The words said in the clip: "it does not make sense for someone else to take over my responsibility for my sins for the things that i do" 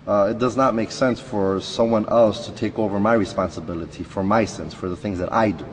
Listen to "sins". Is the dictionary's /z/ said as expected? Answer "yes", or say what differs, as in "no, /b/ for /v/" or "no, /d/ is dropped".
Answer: no, /s/ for /z/